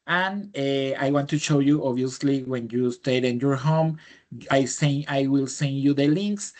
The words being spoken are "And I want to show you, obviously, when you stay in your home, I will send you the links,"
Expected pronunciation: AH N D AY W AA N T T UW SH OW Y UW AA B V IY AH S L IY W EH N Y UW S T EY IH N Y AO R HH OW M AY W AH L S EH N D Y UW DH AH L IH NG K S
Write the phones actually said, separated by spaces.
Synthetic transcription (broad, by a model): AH N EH AY W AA N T T UW SH OW Y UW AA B IY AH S L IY W EH N Y UW S T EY IH N Y AO R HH OW M AY W AH L S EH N Y UW DH AH L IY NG K S